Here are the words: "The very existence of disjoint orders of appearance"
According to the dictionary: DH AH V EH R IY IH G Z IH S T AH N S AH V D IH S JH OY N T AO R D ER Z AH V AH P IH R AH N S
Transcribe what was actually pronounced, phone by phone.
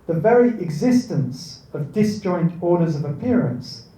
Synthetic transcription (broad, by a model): DH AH V EH R IY IH G Z IH S T AH N S AH V D IH S JH OY N T AO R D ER Z AH V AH P IH R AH N S